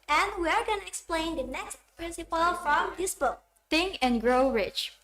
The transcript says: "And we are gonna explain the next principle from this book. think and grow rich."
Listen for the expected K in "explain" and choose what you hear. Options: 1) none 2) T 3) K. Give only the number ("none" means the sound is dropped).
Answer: 3